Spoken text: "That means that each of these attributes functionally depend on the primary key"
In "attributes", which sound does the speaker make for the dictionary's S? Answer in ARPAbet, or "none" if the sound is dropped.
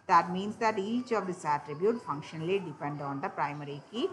none